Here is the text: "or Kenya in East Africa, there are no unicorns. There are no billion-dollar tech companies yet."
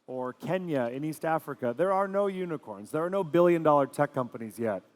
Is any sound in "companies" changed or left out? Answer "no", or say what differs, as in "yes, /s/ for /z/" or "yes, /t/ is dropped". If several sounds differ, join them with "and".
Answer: no